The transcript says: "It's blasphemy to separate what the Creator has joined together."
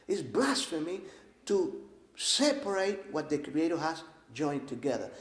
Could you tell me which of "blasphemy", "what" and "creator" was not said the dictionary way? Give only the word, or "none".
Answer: none